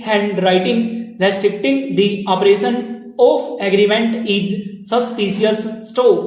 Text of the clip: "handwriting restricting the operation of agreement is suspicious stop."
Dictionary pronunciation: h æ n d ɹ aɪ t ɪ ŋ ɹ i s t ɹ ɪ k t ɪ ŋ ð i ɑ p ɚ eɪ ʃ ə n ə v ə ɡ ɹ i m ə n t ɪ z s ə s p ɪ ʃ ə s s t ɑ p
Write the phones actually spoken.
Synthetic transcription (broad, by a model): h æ n d ɹ aɪ t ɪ ŋ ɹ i s t ɹ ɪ k t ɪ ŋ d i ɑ p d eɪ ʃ ə n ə p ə ɡ ɹ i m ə n t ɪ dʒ s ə s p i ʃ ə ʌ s t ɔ